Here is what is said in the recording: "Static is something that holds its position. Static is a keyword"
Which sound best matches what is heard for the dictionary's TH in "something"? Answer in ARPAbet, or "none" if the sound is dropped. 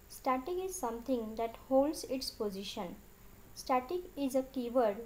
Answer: T